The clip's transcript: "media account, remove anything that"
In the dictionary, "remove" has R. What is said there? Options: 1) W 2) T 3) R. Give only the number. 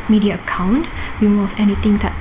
1